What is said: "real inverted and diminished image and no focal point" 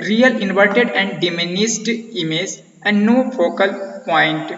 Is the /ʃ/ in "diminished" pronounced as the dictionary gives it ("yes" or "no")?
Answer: no